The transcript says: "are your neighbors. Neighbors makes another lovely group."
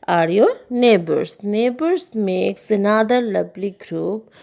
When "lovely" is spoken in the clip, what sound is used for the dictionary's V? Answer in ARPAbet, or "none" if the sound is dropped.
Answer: B